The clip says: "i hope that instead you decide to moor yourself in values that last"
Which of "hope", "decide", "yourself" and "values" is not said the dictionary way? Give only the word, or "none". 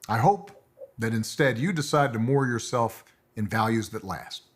none